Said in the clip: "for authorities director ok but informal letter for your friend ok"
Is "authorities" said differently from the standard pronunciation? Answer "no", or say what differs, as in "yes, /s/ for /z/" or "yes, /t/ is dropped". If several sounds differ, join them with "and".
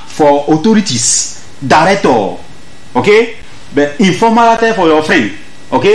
yes, /t/ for /θ/ and /s/ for /z/